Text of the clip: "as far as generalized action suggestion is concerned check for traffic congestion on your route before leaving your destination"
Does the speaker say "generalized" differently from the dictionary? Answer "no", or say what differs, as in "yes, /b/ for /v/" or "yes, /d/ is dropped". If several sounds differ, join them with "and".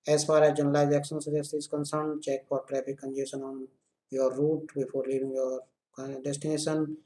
yes, /ɹ/ is dropped and /d/ is dropped